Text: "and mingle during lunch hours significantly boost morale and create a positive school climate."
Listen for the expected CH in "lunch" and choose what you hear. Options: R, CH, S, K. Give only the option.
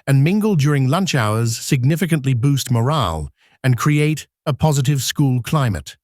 CH